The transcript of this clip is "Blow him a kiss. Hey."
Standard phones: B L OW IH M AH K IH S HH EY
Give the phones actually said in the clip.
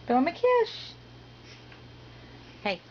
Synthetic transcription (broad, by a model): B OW IH M AH K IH SH HH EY